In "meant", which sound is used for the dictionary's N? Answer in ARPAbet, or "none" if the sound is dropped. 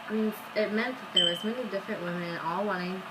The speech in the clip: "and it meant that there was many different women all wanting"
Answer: N